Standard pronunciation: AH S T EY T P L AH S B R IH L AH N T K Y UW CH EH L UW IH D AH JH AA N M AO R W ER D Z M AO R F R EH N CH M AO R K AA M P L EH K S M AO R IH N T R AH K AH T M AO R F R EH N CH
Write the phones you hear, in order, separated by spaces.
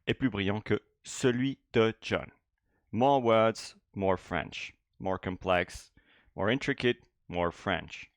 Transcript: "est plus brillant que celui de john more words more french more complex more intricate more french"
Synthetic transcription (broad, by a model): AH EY P L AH B R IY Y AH K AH S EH L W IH D AH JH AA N M AO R W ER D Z M AO R F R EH N SH M AO R K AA P L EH K S M AO R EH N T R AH K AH T M AO R F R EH N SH